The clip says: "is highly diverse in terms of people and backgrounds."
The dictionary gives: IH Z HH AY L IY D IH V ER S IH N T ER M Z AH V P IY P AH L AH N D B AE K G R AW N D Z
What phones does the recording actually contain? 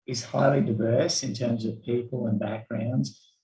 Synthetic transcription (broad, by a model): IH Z HH AY L IY D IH V ER S IH N T ER M Z AH V P IY P AH L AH N B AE K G R AW N D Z